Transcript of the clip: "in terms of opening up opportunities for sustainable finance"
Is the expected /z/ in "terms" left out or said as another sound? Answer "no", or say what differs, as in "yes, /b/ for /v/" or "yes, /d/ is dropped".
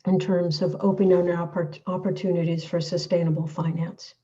no